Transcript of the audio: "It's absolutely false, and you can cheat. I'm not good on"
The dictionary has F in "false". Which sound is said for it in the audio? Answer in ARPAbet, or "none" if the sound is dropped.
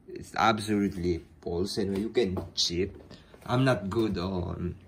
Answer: P